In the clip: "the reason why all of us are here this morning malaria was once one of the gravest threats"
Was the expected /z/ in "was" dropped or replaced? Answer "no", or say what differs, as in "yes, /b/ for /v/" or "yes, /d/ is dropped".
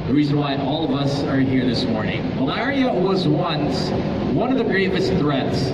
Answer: no